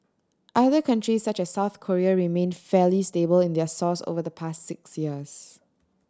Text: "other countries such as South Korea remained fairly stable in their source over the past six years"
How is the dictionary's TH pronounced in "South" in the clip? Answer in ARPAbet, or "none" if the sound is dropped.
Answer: TH